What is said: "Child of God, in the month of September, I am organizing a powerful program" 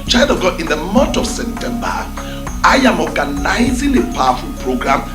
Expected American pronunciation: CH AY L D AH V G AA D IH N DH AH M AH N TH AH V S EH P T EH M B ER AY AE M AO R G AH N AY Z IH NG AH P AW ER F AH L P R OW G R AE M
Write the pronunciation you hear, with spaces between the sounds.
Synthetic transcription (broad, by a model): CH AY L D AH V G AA IH N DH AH M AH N T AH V S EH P T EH M B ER AY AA M AO G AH N AY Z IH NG AH P AW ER F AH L P R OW G R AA M